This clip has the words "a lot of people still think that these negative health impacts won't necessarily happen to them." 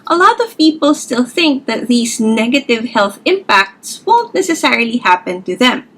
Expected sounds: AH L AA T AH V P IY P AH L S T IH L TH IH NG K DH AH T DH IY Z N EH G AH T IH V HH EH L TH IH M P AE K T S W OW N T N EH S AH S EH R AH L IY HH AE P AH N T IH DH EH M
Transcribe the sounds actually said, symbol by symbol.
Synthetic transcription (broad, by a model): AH L AA T AH V P IY P AH L S T IH L TH IH NG K DH AH T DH IY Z N EH G AH T IH V HH EH L TH IH M P AE K T S W OW N T N EH S AH S EH R AH L IY HH AE P AH N T IH DH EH M